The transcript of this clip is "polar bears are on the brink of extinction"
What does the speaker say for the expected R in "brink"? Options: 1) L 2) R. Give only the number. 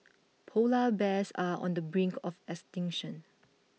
2